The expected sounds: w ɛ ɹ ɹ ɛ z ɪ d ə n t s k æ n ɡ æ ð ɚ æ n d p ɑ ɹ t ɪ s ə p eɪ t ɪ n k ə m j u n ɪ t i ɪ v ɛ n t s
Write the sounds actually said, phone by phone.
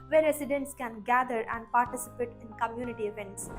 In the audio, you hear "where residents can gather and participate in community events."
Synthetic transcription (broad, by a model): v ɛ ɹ ɹ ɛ s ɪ d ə n t s k æ n ɡ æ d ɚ æ n d p ɑ ɹ t ɪ s ə p eɪ t ɪ n k ə m j u n ɪ t i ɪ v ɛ n t s